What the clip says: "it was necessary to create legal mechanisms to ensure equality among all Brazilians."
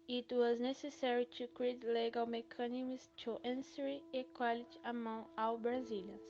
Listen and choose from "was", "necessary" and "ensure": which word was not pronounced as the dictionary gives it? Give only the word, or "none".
ensure